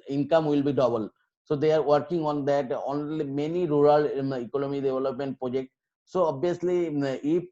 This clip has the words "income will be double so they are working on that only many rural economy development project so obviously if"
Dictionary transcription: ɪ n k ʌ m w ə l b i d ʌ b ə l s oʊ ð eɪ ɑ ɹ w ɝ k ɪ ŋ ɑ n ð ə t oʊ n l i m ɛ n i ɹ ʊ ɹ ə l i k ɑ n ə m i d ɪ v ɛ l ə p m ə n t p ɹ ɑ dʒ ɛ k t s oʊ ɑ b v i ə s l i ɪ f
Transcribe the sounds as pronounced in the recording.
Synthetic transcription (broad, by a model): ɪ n k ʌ m w ə l b i d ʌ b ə l s oʊ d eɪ ɑ ɹ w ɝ k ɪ ŋ ɑ n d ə t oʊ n l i m ɛ n i ɹ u ɹ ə l i k ɑ n ə m i d ɪ v ɛ l ə p m ə n t p ɹ ɑ dʒ ɛ k t s oʊ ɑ b i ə s l i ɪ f